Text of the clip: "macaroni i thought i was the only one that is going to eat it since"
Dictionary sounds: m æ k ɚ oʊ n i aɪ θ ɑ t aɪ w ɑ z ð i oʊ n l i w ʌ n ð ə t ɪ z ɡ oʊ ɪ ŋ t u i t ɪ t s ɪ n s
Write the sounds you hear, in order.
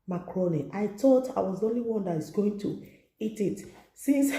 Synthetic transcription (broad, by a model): m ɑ k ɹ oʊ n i aɪ t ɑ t aɪ w ɑ z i oʊ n l i w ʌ n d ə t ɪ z ɡ oʊ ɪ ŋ t u i t ɪ t s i n s